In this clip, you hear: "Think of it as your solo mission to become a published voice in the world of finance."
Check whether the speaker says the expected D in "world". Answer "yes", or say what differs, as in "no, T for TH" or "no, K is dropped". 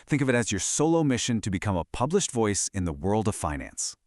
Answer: yes